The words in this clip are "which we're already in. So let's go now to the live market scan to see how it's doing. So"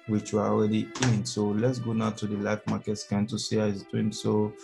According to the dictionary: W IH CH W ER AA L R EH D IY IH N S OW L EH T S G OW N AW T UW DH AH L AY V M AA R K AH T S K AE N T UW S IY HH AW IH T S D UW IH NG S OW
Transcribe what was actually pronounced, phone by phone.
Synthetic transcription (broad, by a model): W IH CH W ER AA L R EH D IY IH N S OW L EH T S G OW N AW T UW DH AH L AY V M AA K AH T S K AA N T UW S IY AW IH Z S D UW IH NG S OW